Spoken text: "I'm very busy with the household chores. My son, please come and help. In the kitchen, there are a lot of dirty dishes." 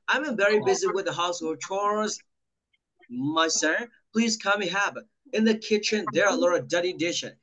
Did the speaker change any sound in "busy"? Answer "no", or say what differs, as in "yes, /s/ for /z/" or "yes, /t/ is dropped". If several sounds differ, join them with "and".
no